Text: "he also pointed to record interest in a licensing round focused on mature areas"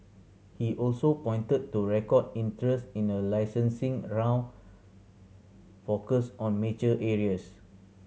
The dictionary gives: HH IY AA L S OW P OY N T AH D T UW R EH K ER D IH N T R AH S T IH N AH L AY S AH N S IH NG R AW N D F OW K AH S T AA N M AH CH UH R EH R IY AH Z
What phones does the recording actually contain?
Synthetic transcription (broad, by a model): HH IY AA L S OW P OY N T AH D T UW R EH K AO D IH N T R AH S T IH N AH L AY S AH N S IH NG R AW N F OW K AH S AA N M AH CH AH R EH R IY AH S